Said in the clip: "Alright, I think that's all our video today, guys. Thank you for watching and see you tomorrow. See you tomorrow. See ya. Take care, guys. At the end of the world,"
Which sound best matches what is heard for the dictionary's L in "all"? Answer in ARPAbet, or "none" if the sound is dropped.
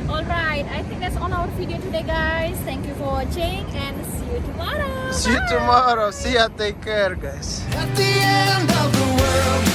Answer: N